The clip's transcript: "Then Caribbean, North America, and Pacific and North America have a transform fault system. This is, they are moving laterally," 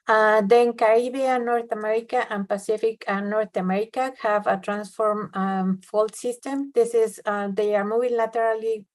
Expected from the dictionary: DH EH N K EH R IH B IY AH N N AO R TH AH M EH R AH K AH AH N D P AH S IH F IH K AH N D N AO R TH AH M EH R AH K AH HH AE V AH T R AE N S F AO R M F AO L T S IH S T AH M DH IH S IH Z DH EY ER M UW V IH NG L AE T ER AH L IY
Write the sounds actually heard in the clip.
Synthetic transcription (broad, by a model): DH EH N K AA R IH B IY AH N N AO R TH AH M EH R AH K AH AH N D P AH S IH F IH K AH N N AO R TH AH M EH R AH K AH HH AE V AH T R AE N S F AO R M F AO L T S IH S T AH M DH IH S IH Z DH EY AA M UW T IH L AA T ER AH L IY